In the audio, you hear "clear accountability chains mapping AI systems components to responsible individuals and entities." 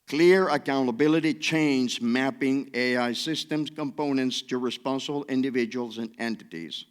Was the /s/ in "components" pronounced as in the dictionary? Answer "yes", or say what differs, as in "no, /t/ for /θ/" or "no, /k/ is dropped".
yes